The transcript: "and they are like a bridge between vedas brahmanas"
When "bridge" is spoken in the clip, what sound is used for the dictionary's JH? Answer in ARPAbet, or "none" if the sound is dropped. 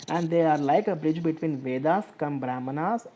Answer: JH